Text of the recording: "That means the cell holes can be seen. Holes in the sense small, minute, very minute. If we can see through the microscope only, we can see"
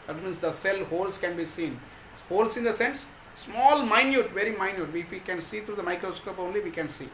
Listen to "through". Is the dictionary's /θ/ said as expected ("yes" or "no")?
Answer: no